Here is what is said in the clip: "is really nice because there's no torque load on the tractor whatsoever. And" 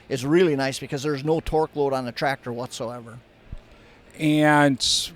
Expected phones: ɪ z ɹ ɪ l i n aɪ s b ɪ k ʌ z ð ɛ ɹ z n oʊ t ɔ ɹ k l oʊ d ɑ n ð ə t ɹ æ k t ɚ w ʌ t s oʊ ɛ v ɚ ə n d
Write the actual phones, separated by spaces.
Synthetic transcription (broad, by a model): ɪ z ɹ ɪ l i n aɪ s b ɪ k ʌ z ð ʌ ɹ z n oʊ t ɔ ɹ k l oʊ d n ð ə t ɹ æ k t ɚ w ʌ t s oʊ ɛ v ɚ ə n